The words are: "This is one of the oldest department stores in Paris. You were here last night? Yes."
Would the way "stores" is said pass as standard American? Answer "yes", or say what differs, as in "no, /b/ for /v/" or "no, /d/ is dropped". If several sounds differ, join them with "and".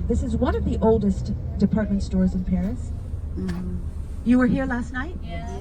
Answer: yes